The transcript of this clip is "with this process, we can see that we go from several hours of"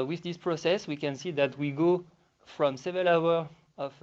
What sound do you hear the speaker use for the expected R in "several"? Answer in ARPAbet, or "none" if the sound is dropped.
none